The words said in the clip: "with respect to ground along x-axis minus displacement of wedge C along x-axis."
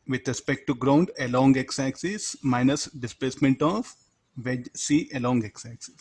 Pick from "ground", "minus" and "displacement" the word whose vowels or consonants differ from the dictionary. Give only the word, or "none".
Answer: none